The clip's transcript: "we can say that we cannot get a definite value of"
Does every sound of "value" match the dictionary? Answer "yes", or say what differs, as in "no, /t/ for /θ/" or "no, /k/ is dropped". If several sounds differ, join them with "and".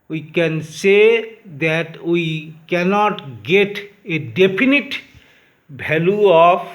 no, /b/ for /v/